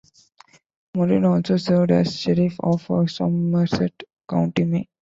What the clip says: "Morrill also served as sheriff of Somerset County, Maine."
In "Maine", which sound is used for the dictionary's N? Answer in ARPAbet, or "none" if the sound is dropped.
none